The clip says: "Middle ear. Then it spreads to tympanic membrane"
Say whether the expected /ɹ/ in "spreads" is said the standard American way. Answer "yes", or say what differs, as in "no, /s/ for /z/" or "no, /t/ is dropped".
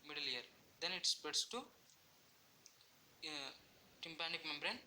no, /ɹ/ is dropped